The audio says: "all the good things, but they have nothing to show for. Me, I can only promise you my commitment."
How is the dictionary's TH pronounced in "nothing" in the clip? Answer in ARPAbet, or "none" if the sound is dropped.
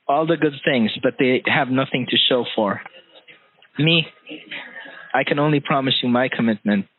TH